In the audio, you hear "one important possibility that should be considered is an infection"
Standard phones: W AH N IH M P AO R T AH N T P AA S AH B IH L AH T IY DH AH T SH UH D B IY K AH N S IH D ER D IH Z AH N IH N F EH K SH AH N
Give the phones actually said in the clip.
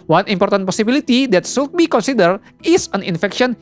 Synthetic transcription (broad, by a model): W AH N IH M P AO R T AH N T P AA S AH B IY L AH T IY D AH T S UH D B IY K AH N S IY D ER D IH S AH N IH N F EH K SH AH N